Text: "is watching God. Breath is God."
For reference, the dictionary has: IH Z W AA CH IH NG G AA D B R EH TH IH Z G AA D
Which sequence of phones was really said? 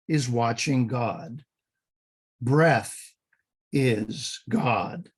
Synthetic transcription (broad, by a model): IH Z W AA CH IH NG G AA D B R EH TH IH Z G AA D